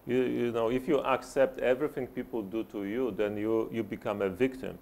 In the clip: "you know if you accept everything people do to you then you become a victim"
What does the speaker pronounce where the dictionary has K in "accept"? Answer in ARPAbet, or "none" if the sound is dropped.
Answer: K